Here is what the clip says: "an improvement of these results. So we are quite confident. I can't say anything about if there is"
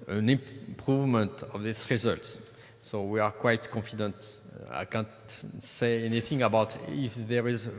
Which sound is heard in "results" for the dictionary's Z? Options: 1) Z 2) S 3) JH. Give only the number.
1